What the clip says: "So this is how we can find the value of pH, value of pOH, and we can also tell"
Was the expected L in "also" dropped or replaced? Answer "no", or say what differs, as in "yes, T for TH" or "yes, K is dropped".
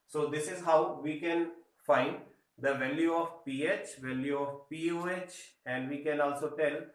no